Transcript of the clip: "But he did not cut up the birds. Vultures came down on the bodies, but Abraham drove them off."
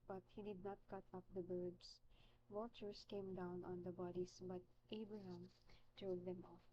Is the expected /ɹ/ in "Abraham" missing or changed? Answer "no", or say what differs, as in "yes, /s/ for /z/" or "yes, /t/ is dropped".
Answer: no